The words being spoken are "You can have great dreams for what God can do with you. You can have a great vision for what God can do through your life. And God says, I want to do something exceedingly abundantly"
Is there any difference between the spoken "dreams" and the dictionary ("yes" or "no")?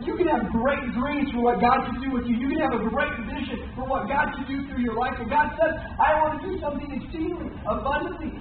yes